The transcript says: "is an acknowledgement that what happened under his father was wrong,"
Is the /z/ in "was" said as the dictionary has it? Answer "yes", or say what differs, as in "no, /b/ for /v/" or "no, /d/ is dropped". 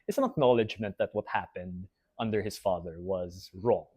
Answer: yes